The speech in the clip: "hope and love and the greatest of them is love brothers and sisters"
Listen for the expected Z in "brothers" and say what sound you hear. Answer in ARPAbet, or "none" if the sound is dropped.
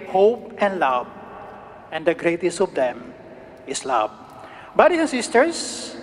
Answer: S